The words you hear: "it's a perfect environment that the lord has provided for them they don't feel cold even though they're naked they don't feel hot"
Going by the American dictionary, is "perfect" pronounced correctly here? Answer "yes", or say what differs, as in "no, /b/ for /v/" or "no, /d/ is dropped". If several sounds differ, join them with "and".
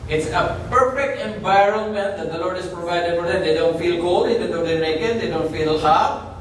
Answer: yes